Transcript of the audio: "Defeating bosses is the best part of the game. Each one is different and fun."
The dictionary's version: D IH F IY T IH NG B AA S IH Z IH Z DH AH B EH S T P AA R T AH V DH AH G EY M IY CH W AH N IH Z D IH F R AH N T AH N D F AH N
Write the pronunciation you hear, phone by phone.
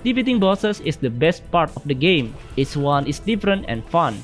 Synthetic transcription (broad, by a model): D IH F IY T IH NG B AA S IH S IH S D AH B EH S T P AA R T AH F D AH G EY M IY S W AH N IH S D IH F R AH N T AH N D F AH N